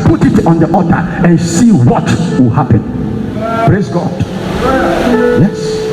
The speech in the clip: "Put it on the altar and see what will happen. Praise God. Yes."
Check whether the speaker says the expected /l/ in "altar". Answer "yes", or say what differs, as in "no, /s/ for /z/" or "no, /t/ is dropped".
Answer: no, /l/ is dropped